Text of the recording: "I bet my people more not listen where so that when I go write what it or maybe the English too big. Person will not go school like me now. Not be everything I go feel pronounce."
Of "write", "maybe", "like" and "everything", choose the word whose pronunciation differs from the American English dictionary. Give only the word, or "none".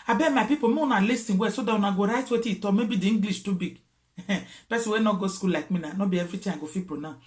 everything